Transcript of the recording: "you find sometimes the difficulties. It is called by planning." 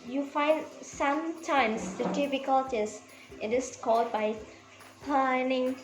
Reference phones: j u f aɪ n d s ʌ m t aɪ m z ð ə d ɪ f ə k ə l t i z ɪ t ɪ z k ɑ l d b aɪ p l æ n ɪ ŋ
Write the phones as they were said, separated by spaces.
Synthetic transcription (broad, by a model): j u f aɪ n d s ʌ m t aɪ m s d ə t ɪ p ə k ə l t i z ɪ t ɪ s k ɑ l d b aɪ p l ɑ n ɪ ŋ